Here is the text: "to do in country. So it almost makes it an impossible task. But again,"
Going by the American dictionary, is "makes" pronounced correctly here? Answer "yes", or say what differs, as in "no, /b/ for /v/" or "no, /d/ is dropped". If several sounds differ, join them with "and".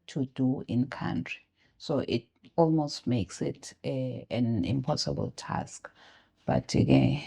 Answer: yes